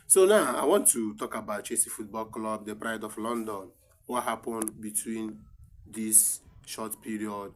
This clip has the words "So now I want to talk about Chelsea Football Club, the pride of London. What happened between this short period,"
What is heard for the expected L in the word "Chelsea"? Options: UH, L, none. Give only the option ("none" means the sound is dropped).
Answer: none